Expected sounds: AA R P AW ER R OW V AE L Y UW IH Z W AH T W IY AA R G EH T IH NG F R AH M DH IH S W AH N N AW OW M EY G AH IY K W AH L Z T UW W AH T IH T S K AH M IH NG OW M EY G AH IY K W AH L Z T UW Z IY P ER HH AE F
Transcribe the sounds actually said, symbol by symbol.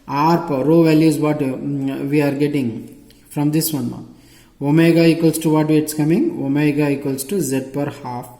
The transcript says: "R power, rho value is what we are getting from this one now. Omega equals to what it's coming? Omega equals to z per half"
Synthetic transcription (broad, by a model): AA R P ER R OW V AE L Y UW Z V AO T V IY AA R G EH T IH NG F R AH M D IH S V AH N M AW OW M EY G AH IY K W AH L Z T UW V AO T IH T S K AH M IH NG OW M EY G AH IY K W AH L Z T UW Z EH P ER HH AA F